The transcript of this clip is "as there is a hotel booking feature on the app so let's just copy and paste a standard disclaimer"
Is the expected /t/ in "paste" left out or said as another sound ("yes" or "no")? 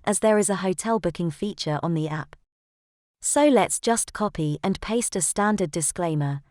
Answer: no